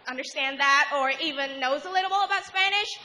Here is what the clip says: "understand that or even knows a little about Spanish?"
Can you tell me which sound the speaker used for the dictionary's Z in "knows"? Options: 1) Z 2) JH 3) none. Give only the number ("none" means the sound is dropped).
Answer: 1